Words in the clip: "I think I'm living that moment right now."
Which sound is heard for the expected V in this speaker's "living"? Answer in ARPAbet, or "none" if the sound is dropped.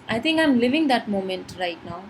V